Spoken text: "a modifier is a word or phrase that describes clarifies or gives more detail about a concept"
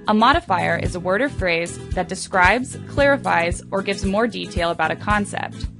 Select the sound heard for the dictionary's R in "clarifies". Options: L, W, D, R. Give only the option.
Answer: R